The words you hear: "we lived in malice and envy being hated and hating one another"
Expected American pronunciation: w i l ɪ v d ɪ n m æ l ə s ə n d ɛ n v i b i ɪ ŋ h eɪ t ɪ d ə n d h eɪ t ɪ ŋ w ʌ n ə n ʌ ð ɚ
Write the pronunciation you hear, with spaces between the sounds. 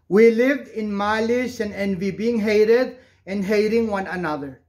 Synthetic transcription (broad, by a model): w i l ɪ v d ɪ n m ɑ l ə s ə n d ɛ n v i b i ɪ ŋ h eɪ t ɪ d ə n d h eɪ t ɪ ŋ w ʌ n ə n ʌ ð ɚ